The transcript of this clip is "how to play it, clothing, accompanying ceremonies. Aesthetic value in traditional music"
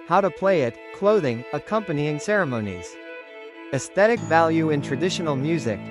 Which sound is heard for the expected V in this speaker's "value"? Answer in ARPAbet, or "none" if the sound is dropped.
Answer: V